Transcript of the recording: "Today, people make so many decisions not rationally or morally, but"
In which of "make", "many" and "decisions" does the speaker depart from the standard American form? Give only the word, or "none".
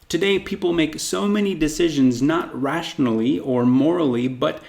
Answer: none